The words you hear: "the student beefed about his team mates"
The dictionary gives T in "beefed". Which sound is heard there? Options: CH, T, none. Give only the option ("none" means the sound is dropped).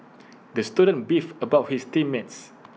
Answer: none